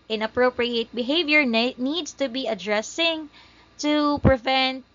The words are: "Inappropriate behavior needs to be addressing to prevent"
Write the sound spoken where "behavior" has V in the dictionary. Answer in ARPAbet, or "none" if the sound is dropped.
V